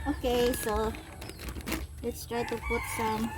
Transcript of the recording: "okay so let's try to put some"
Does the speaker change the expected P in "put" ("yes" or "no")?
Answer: yes